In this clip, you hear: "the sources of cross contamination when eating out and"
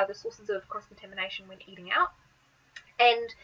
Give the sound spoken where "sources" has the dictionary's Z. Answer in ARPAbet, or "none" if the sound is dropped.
Z